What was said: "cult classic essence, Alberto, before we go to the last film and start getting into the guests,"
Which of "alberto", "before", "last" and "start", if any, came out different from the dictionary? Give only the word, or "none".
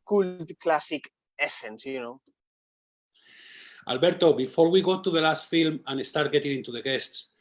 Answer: none